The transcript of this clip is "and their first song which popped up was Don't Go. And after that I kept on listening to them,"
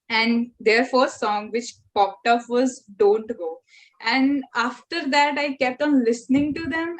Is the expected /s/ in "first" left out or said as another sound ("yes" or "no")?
yes